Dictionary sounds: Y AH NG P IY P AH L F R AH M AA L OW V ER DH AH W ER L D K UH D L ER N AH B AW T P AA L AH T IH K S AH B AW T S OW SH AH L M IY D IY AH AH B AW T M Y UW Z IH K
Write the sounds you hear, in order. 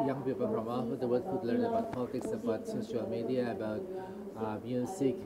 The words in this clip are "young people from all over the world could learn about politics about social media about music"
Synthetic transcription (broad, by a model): Y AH NG P IY P AH L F R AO M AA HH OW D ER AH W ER D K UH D L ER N AH B AW T P AA L AH T IH K S AH B AW T S OW SH AH L M IY D IY AH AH B AW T M Y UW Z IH K